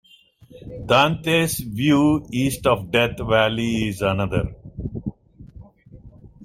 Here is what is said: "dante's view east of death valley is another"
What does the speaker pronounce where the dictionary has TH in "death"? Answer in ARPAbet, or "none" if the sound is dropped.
T